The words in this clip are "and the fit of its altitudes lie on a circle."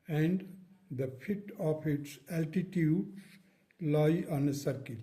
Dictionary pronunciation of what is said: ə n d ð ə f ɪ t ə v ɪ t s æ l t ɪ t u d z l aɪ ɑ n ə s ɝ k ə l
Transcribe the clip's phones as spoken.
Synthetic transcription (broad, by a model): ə n d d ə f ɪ t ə p ɪ t s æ l t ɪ t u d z l aɪ ɑ n ə s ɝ k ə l